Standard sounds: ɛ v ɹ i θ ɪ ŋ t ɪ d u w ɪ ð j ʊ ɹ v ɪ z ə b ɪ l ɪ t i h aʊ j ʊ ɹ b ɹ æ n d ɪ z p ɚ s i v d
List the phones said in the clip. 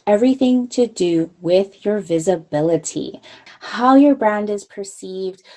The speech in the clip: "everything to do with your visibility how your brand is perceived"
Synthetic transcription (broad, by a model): ɛ v ɹ i θ ɪ ŋ t ɪ d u w ɪ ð j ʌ ɹ v ɪ z ə b ɪ l ɪ t i h aʊ j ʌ ɹ b ɹ æ n d ɪ z p ɚ s i v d